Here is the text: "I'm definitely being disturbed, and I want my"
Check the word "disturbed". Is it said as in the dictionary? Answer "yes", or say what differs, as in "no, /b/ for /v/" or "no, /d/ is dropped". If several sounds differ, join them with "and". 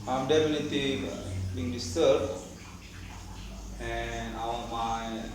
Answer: no, /b/ is dropped